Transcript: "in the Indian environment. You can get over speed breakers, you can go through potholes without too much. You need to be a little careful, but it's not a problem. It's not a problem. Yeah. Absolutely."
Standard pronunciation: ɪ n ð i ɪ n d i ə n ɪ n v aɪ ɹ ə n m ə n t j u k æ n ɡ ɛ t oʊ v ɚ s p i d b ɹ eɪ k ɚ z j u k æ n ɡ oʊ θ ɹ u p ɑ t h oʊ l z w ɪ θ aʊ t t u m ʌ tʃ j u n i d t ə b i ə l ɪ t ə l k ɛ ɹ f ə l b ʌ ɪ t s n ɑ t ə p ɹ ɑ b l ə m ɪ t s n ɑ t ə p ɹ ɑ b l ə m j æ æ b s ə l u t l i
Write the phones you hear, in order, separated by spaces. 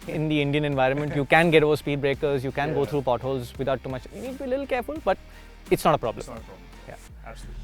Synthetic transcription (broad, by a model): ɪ n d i ɪ n d i ə n ɪ n v aɪ ɹ ə n m ə n t j u k æ n ɡ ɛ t oʊ v ɚ s p i d b ɹ eɪ k ɚ z j u k æ n ɡ oʊ t ɹ u p ɑ t h oʊ l z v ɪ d aʊ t t u m ʌ tʃ j u n i d t ə b i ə l ɪ t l k ɛ ɹ f ə l b ʌ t t ɪ t s n ɑ t ə p ɹ ɑ b l ə m j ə